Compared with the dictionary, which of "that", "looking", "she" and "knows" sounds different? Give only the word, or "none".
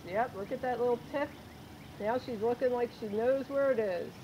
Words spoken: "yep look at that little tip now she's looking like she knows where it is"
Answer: none